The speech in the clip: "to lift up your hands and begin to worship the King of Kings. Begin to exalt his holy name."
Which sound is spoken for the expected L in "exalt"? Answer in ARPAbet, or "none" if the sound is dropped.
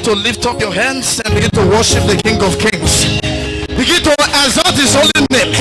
none